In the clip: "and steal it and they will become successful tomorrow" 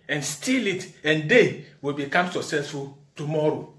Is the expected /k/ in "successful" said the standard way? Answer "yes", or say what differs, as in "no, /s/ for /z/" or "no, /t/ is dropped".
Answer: no, /k/ is dropped